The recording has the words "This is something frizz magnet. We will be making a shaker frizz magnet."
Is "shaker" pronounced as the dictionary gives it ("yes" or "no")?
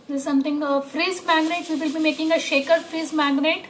yes